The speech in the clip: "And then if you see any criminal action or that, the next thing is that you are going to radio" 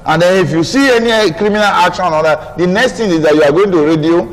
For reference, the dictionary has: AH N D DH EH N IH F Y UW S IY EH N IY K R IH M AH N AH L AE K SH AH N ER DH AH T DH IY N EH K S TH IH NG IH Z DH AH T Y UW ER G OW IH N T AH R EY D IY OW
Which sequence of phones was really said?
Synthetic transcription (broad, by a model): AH N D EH N IH F Y UW S IY EH N IY K R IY M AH N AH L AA K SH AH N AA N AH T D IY N EH K S T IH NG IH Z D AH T Y UW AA G OW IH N T AH R EY D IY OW